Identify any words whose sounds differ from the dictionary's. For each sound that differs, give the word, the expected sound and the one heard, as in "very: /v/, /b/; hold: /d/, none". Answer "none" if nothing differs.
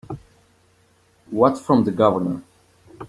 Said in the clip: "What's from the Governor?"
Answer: what's: /s/, none